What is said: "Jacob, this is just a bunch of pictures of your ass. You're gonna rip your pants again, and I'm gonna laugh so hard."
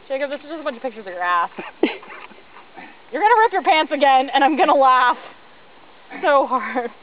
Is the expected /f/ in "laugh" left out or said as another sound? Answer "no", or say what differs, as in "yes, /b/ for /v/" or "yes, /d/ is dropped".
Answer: no